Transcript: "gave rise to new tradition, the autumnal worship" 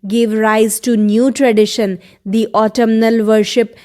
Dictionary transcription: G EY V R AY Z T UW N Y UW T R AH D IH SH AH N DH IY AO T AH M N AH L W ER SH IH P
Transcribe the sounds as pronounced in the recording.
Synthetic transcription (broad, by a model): G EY V R AY Z T UW N Y UW T R AH D IH SH AH N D IY AO T AH M N AH L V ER SH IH P